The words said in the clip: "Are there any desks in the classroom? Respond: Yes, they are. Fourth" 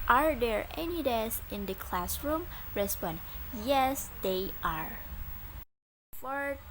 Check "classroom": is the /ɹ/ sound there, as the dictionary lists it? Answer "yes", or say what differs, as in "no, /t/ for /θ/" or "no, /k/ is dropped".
yes